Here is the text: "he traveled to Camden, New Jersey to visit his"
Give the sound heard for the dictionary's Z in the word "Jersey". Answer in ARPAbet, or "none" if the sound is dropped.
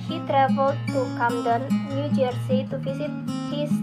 S